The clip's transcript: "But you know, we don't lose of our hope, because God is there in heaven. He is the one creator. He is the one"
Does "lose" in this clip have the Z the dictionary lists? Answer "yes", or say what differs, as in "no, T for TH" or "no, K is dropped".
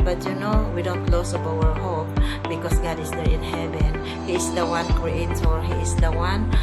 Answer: no, S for Z